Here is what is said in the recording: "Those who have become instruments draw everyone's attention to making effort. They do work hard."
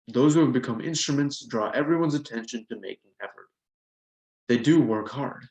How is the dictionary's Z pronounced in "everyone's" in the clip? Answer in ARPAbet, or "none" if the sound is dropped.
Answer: Z